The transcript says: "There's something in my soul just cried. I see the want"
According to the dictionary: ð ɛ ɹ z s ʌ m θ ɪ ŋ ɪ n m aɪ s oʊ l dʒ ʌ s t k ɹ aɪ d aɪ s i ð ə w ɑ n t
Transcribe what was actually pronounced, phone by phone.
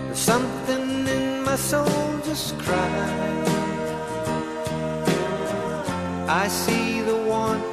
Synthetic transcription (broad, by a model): s ʌ m θ ɪ ŋ ɪ n m aɪ s oʊ l dʒ ʌ s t k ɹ aɪ aɪ s i ð ə w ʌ n